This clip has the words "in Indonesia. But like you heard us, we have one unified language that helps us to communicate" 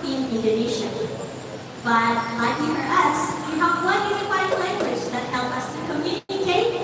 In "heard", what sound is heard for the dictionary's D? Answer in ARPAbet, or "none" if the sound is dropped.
none